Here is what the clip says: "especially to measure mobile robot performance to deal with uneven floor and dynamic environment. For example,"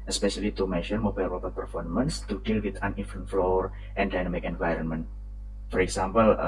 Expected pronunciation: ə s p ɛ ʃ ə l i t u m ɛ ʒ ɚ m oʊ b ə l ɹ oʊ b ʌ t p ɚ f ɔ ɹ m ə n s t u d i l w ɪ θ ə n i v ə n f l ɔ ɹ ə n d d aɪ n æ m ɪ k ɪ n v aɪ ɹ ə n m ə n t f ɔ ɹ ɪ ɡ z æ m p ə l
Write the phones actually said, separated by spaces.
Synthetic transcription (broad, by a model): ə s p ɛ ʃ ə l i t u m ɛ ʃ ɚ m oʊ b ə l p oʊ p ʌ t p ɚ f ɔ ɹ m ə n s t u d i l w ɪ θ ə n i f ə n f l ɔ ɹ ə n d d aɪ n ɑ m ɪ k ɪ n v aɪ ɹ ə n m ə n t f ɔ ɹ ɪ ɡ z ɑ m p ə l